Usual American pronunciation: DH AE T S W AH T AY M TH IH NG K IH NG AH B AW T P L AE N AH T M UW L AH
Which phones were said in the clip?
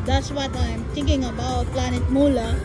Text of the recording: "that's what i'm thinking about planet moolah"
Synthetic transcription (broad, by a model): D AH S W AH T AY M T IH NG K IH NG AH B AW T P L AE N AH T M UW L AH